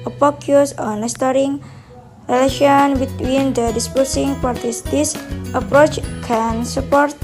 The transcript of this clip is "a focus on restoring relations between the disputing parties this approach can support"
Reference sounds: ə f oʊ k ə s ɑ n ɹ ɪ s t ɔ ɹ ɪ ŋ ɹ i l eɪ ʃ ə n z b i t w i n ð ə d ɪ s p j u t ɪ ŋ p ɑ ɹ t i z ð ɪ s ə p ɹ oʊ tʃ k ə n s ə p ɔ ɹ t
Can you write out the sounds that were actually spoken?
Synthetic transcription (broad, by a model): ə p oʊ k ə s ɑ n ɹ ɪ s t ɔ ɹ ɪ ŋ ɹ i l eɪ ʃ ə n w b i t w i n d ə d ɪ s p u s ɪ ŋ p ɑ ɹ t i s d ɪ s ə p ɹ oʊ tʃ k ə n s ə p ɔ ɹ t